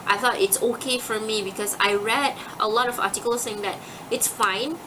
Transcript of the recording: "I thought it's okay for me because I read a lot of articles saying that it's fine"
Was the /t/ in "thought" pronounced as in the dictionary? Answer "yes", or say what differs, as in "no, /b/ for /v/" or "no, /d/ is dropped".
yes